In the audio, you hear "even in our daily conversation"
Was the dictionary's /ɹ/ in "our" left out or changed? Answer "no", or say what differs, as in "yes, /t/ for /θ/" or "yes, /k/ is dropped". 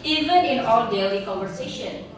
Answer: yes, /l/ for /ɹ/